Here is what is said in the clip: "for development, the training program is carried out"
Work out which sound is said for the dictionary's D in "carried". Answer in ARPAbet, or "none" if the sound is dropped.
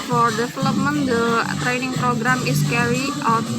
none